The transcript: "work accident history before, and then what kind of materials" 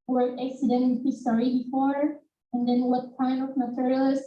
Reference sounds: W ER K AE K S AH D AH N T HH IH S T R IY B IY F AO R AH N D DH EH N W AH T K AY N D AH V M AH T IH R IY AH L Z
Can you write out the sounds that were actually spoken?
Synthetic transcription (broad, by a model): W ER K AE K S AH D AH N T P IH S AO R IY B IY F AO R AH N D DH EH N W AH T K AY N AH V M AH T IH R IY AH L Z